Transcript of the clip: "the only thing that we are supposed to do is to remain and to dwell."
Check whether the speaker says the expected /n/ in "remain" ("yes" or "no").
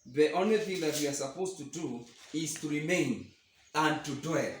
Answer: yes